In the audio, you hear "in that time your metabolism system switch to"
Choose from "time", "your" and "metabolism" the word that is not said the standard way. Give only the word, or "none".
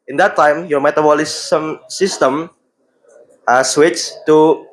metabolism